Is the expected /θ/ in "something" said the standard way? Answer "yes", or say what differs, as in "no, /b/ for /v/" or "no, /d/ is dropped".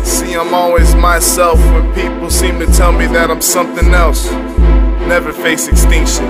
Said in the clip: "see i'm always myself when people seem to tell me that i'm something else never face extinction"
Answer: yes